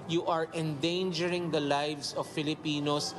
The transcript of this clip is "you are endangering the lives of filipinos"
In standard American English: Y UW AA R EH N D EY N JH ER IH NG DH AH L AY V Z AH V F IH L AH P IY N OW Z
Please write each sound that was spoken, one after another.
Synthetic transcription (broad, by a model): Y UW AA R EH N D EY N JH ER IH NG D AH L AY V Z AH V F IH L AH P IY N OW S